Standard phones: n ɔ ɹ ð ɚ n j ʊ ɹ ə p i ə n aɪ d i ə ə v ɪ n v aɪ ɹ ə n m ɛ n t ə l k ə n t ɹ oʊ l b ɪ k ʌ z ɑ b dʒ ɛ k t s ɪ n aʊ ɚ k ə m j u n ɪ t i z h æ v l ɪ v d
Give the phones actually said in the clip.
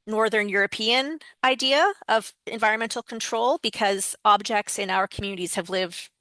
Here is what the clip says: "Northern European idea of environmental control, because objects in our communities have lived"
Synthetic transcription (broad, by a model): n ɔ ɹ ð ɚ n j ʊ ɹ ə p i ə n aɪ d i ə ə v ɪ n v aɪ ɹ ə n m ɛ n t l k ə n t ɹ oʊ l b ɪ k ʌ z ɑ b dʒ ɛ k t s ɪ n aʊ ɚ k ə m j u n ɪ t i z h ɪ v l ɪ v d